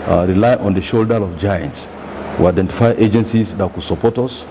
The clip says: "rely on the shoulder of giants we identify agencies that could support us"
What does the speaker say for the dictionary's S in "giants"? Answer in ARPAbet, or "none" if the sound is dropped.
S